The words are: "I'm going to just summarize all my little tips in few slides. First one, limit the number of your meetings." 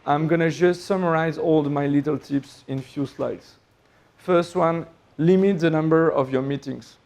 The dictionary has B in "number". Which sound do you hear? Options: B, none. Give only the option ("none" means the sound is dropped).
B